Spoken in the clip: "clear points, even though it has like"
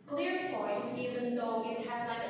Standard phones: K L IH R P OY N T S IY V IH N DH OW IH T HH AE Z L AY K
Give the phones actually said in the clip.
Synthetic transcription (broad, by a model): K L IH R F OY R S IY V IH N DH OW IH T HH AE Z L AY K